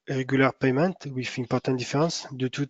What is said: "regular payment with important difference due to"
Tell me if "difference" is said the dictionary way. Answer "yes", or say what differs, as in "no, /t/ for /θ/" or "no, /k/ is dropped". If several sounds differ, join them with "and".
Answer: no, /n/ is dropped